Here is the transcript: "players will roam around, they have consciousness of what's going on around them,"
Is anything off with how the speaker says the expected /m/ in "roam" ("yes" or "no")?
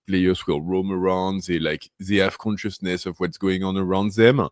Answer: no